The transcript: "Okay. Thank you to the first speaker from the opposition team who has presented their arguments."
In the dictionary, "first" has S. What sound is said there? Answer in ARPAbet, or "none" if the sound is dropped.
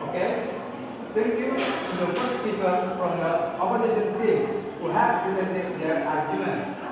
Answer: none